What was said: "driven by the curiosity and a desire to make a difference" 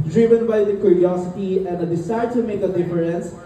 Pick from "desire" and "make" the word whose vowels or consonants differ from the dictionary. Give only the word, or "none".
desire